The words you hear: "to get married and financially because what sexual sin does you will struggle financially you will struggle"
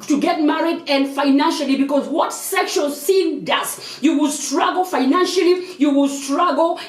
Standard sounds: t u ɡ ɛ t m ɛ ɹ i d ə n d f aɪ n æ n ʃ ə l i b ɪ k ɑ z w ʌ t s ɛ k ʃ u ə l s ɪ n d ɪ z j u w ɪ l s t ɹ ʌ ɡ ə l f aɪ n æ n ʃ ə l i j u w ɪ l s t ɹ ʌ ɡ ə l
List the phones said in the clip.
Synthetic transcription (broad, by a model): t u ɡ ɛ t m ɛ ɹ i d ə n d f aɪ n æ n ʃ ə l i b ɪ k ɑ z w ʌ t s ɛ k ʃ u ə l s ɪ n d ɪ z j u w ɪ l s t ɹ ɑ ɡ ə l f aɪ n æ n ʃ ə l i j u w ɪ l s t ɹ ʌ ɡ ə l